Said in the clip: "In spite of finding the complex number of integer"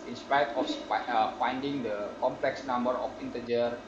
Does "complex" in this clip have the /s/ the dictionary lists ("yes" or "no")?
yes